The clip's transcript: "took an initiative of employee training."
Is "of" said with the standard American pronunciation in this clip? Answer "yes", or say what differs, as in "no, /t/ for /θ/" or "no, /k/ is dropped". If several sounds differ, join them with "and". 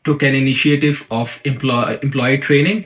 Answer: no, /p/ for /v/